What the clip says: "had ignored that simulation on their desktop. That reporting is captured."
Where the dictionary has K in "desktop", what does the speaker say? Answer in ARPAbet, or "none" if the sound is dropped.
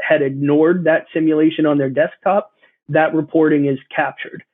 K